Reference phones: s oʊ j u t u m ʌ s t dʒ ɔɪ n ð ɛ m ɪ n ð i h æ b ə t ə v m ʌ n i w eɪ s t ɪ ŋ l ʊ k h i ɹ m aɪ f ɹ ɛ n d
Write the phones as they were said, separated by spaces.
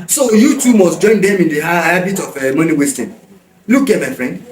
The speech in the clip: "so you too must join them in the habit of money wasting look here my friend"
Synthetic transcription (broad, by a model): s oʊ j u t u m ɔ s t dʒ ɔɪ n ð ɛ m ɪ n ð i h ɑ b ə t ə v m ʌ n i w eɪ s t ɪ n l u k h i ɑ m aɪ f ɹ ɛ n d